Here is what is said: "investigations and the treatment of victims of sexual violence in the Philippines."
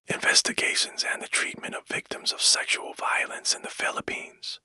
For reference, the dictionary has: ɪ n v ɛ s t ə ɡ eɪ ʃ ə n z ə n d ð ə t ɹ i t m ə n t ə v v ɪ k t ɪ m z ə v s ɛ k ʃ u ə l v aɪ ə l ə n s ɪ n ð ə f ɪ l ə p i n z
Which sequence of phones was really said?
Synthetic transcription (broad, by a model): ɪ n v ɛ s t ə ɡ eɪ ʃ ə n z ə n ð ə t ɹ i t m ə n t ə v v ɪ k t ɪ m z ə v s ɛ k ʃ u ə l v aɪ ə l ə n s ɪ n ð ə f ɪ l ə p i n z